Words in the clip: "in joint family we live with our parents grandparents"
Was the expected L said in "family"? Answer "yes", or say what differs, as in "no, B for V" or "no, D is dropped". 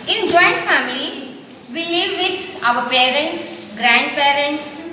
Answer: yes